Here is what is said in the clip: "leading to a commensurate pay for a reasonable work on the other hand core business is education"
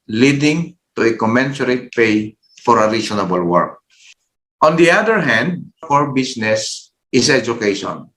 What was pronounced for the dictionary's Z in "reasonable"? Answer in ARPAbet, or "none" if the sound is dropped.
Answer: S